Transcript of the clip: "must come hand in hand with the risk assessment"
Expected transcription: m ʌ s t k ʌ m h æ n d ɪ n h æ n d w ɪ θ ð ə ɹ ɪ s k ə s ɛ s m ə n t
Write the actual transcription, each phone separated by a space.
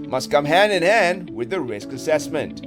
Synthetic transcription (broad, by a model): m ʌ s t k ʌ m h æ n d ɪ n h æ n d w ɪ ð ə ɹ ɪ s k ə s ɛ s m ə n t